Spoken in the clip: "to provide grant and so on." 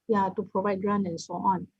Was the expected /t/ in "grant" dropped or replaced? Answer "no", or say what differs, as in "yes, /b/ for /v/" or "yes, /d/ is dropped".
yes, /t/ is dropped